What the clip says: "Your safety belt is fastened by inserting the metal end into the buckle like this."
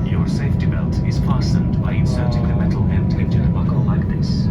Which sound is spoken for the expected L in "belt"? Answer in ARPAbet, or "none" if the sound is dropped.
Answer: L